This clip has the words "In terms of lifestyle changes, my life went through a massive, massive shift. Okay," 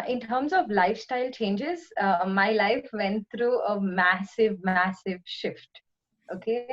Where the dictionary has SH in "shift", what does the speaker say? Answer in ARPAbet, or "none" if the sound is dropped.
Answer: SH